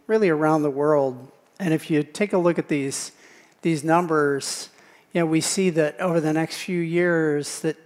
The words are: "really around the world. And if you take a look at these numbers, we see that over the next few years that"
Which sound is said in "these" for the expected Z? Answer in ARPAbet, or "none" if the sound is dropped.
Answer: Z